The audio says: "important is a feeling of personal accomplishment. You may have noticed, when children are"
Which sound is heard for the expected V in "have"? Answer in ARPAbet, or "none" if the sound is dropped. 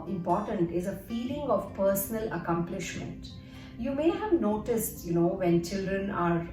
V